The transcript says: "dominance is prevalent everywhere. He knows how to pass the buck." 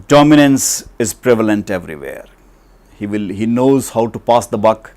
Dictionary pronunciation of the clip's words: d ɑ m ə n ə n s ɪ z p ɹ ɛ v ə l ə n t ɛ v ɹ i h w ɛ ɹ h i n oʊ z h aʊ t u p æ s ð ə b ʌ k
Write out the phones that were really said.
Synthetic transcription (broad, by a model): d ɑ m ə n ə n s ɪ z p ɹ ɛ v ə l ə n t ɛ v ɹ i h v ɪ l h i n oʊ z h aʊ t u p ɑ s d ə b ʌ k